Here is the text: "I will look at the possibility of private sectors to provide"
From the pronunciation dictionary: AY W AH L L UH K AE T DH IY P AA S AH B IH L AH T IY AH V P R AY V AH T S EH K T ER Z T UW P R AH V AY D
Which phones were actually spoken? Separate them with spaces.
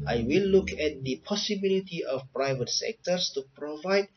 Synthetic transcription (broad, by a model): AY W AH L L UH K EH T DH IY P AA S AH B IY L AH T IY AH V P R AY V AH T S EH K T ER S T UW P R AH V AY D